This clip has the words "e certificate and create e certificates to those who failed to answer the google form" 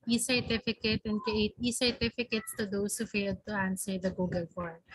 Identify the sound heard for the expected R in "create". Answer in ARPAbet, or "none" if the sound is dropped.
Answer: none